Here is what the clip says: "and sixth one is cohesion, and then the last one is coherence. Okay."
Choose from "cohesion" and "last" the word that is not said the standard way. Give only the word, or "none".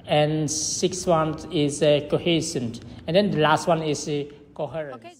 cohesion